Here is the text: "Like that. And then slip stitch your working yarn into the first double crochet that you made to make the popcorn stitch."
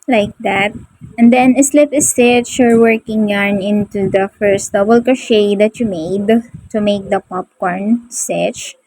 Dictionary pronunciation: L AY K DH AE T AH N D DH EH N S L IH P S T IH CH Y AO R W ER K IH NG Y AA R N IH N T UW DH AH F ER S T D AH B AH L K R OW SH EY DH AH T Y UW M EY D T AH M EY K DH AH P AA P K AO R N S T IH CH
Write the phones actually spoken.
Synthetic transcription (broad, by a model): L AY K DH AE T AH N D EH N S L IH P S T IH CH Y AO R W ER K IH NG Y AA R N IH N T UW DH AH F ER S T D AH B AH L K OW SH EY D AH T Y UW M EY D T AH M EY K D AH P AA P K AO R N S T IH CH